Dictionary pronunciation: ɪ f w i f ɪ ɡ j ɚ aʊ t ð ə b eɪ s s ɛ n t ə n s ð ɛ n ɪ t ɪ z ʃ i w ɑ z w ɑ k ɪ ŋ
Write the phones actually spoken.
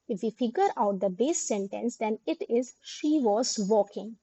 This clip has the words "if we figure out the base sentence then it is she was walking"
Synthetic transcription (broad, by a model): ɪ f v i f ɪ ɡ j ɚ aʊ t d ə b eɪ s s ɛ n t ə n s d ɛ n ɪ t ɪ z ʃ i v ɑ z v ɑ k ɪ ŋ